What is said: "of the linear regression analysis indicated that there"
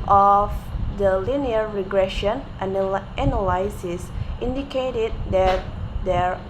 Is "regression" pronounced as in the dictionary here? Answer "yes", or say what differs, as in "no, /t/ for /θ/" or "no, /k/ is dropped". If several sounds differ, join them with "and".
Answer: yes